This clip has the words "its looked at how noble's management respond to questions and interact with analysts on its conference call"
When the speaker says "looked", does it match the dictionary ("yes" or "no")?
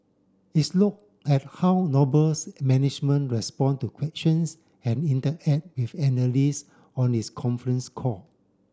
no